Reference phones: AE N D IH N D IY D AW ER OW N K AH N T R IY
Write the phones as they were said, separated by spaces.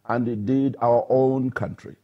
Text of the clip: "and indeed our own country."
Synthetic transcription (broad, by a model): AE N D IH D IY D AW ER OW N K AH N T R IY